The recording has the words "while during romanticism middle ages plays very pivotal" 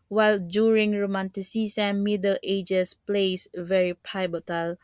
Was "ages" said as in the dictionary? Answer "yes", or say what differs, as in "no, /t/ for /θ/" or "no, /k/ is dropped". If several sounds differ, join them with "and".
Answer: no, /s/ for /z/